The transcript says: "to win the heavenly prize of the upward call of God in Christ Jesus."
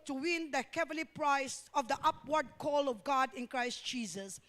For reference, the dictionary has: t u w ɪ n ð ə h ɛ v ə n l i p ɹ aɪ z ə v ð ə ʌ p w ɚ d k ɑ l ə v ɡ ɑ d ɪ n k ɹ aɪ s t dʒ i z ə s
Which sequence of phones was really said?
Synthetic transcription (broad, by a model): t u w ɪ n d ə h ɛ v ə l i p ɹ aɪ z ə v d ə ʌ p w ɚ d k ɑ l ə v ɡ ɑ d ɪ n k ɹ aɪ s t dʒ i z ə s